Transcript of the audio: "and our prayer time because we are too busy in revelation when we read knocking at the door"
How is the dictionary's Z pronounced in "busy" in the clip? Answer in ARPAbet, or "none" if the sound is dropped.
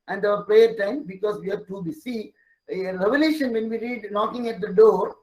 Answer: S